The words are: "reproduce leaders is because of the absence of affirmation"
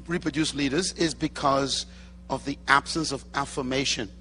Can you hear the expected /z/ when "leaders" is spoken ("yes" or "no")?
yes